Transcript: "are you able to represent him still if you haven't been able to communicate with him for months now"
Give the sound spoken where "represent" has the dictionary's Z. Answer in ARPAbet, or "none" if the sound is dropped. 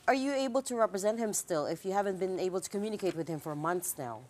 Z